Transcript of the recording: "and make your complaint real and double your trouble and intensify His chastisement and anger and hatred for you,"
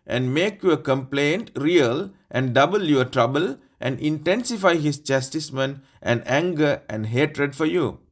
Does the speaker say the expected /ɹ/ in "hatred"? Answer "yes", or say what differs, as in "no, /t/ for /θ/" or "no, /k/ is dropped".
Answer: yes